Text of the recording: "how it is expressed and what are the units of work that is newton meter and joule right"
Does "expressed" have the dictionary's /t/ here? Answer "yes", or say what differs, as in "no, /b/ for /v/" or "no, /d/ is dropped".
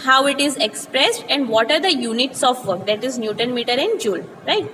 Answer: yes